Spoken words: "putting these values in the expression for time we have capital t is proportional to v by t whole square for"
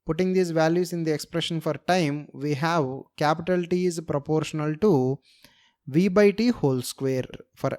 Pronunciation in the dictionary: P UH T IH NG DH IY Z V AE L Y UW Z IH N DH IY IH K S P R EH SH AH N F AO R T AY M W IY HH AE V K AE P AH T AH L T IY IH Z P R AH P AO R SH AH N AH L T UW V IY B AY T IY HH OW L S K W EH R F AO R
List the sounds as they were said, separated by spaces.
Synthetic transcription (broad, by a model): P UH T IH NG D IY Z V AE L Y UW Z IH N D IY IH K S P R EH SH AH N F AO R T AY M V IY HH AE V K AE P AH T AH L T IY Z P R AH P AO R SH AH N AH L T UW V IY B AY T IY HH OW L S K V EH R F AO R